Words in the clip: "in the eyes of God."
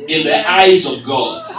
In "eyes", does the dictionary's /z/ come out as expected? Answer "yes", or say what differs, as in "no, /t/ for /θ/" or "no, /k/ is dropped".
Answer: yes